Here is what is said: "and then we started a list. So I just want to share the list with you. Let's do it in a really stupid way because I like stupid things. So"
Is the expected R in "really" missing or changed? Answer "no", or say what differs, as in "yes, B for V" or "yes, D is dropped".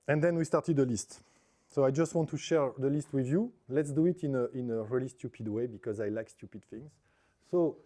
no